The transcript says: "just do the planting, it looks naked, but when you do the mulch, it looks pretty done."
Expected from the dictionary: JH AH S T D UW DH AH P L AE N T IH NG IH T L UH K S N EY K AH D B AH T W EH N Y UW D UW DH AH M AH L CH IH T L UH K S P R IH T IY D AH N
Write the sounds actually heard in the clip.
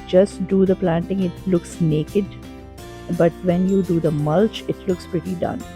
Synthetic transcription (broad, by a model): JH AH S T D UW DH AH P L AE N T IH NG IH T L UH K S N EY K AH D B AH T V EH N Y UW D UW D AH M AH L CH IH T L UH K S P R IH T IY D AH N